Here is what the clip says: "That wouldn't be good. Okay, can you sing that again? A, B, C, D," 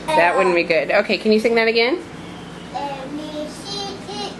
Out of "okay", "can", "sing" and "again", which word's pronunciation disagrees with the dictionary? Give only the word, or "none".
sing